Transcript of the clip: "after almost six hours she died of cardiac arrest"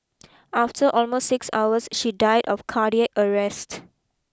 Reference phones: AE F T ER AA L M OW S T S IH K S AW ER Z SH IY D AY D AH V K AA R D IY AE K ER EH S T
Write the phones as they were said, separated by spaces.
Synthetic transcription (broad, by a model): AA F T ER AA L M OW S T S IH K S AW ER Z SH IY D AY D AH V K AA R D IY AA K ER EH S T